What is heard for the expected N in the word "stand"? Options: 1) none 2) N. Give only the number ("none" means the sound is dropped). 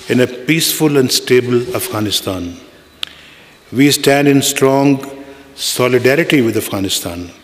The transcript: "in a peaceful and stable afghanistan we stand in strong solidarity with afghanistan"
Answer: 2